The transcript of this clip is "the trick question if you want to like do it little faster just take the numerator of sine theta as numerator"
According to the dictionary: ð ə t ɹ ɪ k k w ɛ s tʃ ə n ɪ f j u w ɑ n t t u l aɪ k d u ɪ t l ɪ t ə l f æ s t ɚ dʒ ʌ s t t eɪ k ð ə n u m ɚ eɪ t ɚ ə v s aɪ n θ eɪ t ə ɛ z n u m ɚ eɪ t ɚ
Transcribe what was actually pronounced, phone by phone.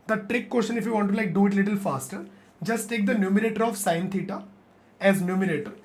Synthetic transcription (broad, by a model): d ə t ɹ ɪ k k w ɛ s ʃ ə n ɪ f j u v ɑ n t t u l aɪ k d u ɪ t l ɪ t ə l f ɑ s t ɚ dʒ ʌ s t t eɪ k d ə n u m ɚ eɪ t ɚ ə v s aɪ n t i t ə ɛ z n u m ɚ eɪ t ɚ